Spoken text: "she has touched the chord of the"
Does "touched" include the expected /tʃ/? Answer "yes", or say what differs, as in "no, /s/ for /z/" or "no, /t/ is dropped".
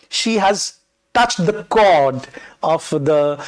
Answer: yes